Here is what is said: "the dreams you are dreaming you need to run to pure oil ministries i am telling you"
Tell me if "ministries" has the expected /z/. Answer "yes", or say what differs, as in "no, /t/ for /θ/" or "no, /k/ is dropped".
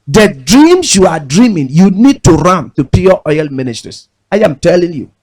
no, /s/ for /z/